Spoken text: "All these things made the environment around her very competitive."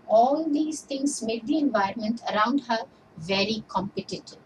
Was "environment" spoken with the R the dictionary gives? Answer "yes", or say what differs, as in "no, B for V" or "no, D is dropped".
yes